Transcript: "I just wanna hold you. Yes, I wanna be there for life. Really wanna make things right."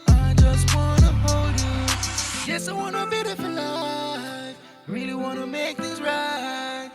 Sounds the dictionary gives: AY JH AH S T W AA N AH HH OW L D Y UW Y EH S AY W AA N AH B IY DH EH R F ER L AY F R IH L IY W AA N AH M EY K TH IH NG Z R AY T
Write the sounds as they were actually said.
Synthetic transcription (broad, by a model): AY JH AH S T W AA N AH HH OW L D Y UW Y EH S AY W AA N AH B IY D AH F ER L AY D R IH L IY W AA N AH M EY K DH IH Z R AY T